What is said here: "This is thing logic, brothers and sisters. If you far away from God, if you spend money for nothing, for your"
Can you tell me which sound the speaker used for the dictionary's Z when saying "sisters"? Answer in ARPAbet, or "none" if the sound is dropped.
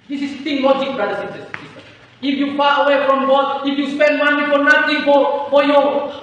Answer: none